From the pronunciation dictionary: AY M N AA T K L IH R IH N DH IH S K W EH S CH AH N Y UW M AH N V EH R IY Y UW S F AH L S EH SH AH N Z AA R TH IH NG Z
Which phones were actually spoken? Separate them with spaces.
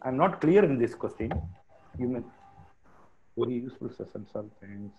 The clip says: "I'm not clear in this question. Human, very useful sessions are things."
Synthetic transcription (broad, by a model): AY M N AA T K L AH R IH N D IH S K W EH S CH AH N Y UW M AH N V EH R IY Y UW S F AH L S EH S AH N S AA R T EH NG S